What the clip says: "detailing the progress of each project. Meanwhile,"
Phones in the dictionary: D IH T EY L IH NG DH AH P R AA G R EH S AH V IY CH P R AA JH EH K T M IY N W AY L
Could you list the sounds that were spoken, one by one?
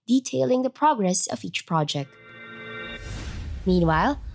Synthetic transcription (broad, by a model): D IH T EY L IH NG DH AH P R AA G R EH S AH V IY CH P R AA JH EH K T M IY N W AY L